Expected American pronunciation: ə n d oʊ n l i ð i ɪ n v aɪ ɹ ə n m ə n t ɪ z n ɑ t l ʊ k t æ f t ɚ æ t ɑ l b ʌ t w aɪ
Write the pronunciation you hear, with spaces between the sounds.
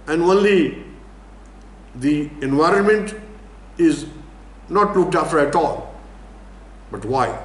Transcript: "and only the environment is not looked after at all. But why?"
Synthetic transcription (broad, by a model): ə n d oʊ n l i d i ɪ n v aɪ ɹ ə n m ə n t ɪ z n ɑ t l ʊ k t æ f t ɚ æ t ɑ l b ʌ t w aɪ